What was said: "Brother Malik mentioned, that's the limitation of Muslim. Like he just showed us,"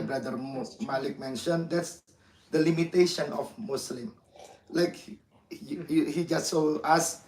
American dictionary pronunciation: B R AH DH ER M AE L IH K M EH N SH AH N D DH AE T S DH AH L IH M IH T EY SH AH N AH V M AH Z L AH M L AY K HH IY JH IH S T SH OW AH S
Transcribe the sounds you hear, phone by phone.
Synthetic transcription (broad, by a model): B R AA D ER M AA L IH K M EH N SH AH N D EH T S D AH L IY M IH T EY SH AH N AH F M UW S L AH M L AY K HH IY JH IH S T S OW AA S